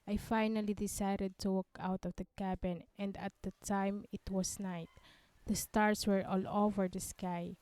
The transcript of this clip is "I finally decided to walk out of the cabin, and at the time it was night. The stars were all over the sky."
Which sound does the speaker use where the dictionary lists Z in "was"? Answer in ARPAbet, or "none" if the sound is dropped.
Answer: S